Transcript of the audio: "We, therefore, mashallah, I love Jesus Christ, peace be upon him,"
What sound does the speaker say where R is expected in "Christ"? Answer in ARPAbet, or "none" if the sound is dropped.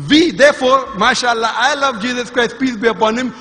R